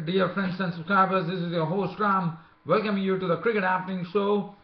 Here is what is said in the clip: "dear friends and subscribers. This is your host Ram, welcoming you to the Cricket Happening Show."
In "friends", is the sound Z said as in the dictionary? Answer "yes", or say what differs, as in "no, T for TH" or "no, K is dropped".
no, S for Z